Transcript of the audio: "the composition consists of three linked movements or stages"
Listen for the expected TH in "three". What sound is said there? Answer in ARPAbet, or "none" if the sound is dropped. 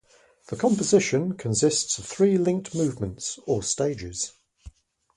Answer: TH